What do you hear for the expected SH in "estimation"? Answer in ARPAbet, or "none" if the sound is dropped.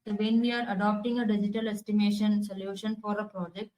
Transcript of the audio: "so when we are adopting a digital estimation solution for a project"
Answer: SH